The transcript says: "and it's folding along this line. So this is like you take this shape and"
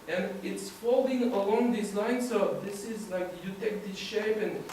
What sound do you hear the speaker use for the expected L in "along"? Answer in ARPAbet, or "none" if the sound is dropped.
L